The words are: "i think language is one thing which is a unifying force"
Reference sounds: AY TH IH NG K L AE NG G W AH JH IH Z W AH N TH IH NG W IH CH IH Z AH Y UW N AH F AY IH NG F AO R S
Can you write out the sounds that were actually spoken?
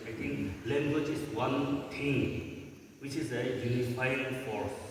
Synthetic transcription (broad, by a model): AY T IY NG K L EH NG G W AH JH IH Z W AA N T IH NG W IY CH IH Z AH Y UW N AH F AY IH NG F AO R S